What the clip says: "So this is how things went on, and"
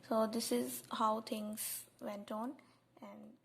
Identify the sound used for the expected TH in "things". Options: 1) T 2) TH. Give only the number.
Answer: 1